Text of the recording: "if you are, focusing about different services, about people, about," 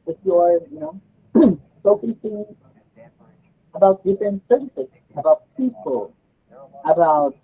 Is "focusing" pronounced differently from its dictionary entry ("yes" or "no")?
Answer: yes